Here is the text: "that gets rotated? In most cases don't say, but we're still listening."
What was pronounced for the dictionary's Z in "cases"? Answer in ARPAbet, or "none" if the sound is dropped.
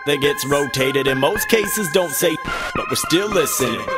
Z